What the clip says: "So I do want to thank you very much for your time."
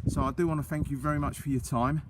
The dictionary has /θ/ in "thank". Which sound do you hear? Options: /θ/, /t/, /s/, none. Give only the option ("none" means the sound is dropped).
/θ/